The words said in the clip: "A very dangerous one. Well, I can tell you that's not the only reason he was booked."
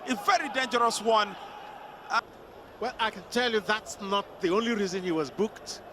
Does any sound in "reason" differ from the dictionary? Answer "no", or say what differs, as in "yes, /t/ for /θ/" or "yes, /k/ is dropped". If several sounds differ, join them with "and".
no